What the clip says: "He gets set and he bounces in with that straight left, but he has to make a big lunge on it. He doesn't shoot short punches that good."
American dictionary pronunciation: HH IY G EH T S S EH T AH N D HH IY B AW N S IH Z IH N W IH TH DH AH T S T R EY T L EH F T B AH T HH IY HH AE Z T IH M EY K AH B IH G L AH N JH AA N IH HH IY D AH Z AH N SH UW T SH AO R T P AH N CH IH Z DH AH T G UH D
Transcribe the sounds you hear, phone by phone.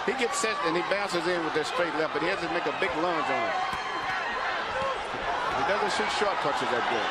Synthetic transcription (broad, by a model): HH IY G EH T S S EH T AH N IY B AW N S IH Z IH N W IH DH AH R S T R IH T L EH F B AH T HH IY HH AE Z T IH M EY K AH B IH G L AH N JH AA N IH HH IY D AH Z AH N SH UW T SH AO R T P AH CH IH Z DH AH T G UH